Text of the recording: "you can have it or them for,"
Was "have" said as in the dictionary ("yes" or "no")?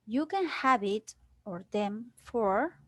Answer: no